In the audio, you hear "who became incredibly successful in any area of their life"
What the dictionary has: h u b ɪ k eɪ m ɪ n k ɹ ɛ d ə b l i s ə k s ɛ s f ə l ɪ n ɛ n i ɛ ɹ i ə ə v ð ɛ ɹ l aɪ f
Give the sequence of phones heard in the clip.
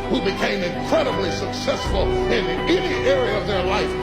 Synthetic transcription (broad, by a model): h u b ɪ k eɪ m ɪ n k ɹ ɛ d ə b l i s ə k s ɛ s f ə l ɪ n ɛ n i ɛ ɹ i ə ə v ð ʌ ɹ l aɪ f